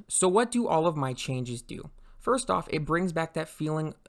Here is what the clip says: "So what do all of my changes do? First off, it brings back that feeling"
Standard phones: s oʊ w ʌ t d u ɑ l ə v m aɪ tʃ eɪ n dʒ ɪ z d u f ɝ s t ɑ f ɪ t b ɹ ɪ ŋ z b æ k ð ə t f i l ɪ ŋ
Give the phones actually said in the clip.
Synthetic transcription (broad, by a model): s oʊ w ʌ t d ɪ ɑ l ə v m aɪ tʃ eɪ n dʒ ɪ z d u f ɝ s t ɑ f ɪ t b ɹ ɪ ŋ z b æ k ð ə t f i l ɪ ŋ